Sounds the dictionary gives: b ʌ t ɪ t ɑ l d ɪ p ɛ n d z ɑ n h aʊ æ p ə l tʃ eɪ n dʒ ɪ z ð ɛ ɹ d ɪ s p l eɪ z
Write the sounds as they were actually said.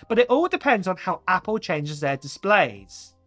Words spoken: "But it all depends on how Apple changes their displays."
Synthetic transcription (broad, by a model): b ʌ t ɪ t ɑ l d ɪ p ɛ n d z n h aʊ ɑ p ə l tʃ eɪ n dʒ ɪ z ð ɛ d ɪ s p l eɪ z